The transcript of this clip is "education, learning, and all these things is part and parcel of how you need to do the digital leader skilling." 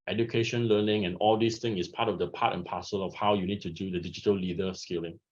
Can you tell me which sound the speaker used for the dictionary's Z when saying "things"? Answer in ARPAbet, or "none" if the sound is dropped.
none